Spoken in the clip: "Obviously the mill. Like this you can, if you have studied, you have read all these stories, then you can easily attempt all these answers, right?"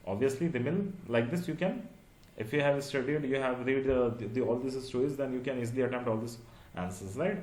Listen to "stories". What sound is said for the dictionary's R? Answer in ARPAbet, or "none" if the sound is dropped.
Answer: none